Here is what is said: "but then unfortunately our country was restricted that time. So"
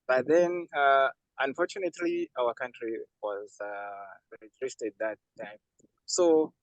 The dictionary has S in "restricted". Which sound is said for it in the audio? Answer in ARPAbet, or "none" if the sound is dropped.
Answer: none